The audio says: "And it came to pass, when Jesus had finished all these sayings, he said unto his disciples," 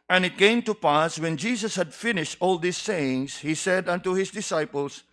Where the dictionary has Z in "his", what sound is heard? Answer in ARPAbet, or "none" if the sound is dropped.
S